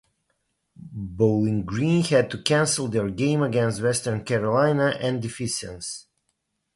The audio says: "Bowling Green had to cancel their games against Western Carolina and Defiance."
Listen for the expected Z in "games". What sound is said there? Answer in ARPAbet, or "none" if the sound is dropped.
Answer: none